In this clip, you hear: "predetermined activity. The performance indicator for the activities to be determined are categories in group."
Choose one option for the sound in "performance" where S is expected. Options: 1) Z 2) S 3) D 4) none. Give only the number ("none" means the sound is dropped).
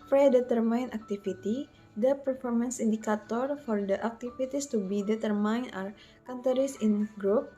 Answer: 2